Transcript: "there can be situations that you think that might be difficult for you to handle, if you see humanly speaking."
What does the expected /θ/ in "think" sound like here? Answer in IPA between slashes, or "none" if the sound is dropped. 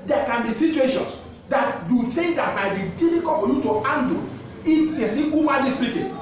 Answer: /t/